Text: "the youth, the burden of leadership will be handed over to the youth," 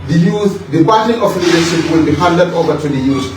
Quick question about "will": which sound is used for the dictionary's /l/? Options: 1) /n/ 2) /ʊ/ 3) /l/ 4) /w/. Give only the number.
3